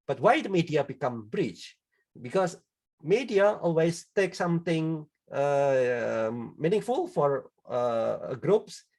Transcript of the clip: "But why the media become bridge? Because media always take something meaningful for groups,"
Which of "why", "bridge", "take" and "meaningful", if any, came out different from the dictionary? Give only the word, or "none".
bridge